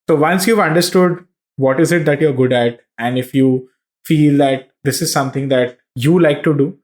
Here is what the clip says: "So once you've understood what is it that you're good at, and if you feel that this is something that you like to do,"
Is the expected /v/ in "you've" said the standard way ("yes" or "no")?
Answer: yes